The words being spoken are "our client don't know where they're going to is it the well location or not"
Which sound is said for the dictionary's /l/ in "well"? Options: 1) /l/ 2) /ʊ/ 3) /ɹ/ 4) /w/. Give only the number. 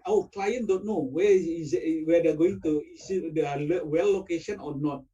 4